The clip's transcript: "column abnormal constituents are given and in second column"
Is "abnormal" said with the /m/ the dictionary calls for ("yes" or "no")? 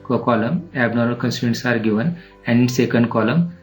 no